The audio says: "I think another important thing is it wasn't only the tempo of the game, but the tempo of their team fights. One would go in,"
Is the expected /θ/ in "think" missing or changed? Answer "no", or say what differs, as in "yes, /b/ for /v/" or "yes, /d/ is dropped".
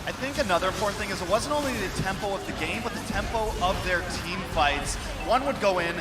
no